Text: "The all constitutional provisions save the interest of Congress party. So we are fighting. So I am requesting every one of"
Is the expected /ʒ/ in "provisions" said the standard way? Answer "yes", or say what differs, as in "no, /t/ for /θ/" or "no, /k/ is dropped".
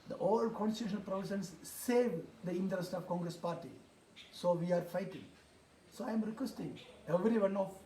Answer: no, /s/ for /ʒ/